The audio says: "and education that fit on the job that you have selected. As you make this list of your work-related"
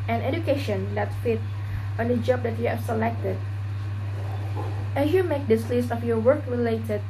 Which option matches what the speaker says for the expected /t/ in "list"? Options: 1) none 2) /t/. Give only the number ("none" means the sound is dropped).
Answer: 2